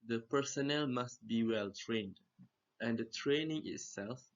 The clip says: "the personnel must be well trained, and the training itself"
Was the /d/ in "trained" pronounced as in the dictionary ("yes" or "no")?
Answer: yes